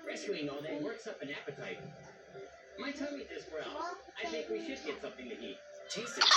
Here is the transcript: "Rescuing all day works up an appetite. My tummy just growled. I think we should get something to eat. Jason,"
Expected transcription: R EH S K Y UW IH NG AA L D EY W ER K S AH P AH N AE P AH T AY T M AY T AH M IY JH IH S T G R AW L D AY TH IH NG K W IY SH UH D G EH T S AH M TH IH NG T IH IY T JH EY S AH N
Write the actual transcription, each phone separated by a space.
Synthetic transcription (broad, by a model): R EH S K Y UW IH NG AA L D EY W ER K S AH P AH N AE P AH T AY T M AY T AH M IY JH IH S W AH R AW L AY TH IH NG K W IY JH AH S G EH T S AH M TH IH NG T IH IY T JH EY S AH